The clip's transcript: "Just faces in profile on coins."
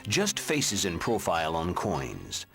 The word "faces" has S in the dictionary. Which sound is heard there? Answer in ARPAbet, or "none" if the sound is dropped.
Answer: S